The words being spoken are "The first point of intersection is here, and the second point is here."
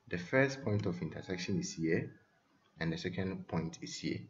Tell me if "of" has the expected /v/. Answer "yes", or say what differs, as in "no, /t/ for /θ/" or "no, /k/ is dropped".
no, /f/ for /v/